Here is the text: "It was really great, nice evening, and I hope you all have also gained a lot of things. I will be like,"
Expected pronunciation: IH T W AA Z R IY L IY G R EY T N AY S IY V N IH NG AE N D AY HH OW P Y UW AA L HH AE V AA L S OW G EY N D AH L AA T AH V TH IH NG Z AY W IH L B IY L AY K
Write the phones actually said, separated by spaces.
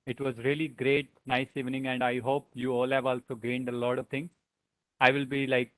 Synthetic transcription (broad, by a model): IH T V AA Z R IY L IY G R EY T N AY S IY V N IH NG AE N D AY HH OW P Y UW AA L HH AE V AA L S OW G EY N D AH L AA T AH V T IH NG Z AY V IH L B IY L AY K